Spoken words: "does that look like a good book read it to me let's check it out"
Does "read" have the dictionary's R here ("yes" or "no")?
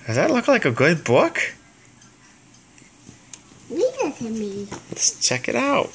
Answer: no